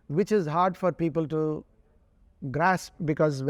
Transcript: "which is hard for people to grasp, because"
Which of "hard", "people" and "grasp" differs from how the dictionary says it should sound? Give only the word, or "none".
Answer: none